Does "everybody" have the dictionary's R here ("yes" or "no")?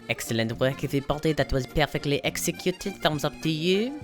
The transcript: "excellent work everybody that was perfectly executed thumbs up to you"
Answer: no